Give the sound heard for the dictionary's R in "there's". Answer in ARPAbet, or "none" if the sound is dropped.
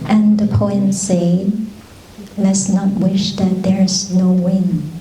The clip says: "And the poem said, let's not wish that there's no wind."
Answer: R